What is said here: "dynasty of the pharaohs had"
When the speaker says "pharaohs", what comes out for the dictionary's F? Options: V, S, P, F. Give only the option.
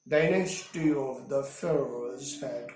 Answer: F